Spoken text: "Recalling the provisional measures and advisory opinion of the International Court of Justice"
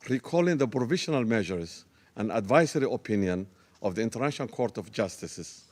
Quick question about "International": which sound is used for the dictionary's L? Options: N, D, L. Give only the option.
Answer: N